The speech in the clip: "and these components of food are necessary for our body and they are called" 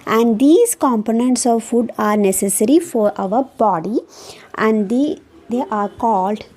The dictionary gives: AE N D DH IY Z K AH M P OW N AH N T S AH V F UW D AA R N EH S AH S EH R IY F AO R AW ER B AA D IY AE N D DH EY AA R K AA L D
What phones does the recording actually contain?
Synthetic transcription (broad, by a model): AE N D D IY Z K AH M P OW N AH N T S AH V F UW D AA R N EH S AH S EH R IY F AO R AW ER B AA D IY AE N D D EY AA R K AA L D